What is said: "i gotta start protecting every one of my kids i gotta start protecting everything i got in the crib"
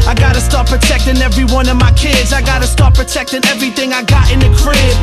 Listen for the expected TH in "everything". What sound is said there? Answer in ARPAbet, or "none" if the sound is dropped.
TH